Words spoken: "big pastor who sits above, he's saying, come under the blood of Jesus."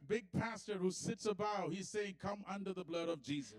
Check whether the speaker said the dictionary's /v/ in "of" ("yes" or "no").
yes